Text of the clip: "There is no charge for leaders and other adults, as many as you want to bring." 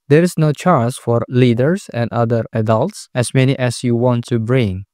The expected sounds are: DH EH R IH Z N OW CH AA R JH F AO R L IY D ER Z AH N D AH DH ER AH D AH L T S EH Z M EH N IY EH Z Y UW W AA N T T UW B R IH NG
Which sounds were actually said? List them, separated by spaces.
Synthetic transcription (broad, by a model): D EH R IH S N OW CH AA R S F AO R L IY D ER S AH N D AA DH ER AH D AH L T S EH S M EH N IY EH S Y UW W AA N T T UW B R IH NG